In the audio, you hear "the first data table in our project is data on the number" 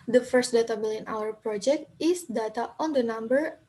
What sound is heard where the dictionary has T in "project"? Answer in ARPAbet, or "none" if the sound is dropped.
T